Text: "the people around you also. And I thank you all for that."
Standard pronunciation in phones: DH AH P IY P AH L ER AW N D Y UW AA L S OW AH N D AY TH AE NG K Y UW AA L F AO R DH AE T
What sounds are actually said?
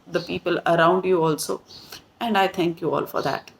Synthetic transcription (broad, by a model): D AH P IY P AH L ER AW N D Y UW AA L S OW AH N D AY T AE NG K Y UW AA L F AO R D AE T